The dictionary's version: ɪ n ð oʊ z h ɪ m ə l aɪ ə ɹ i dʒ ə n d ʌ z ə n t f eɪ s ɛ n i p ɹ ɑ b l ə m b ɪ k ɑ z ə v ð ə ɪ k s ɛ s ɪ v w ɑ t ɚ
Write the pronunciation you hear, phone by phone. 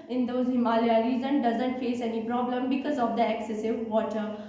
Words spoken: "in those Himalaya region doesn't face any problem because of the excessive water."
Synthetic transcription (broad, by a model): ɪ n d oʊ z h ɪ m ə l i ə ɹ i z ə n d ʌ z ə n t f eɪ s ɛ n i p ɹ ɑ b l ə m b ɪ k ɑ z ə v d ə ɪ k s ɛ s ɪ v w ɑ t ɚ